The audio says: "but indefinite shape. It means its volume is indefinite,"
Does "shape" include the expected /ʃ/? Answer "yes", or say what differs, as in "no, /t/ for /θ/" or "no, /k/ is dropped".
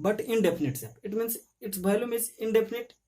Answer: no, /s/ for /ʃ/